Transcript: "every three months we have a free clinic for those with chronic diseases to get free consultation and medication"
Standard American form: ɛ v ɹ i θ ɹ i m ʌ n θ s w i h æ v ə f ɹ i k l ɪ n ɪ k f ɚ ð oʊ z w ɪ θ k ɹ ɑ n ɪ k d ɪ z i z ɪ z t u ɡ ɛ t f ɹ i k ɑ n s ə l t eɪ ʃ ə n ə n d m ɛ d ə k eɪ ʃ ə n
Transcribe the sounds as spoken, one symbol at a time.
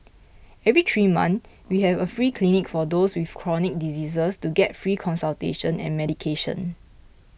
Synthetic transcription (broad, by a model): ɛ v ɹ i t ɹ i m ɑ n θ w i h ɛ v ə f ɹ i k l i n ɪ k f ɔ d oʊ s w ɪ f k ɹ ɑ n ɪ k d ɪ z i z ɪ s t u ɡ ɛ t f ɹ i k ɑ n s ə l t eɪ ʃ ə n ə n m ɛ d ə k eɪ ʃ ə n